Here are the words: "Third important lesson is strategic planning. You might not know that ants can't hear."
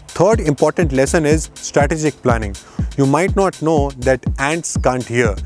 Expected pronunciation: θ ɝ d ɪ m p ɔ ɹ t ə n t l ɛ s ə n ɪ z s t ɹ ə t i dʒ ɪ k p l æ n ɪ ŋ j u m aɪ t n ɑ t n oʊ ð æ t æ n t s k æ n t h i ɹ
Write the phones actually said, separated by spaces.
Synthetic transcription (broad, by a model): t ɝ d ɪ m p ɔ ɹ t ə n t l ɛ s ə n ɪ z s t ɹ ə t i dʒ ɪ k p l æ n ɪ ŋ j u m aɪ t n ɑ t n oʊ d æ t æ n t s k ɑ n t h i ɹ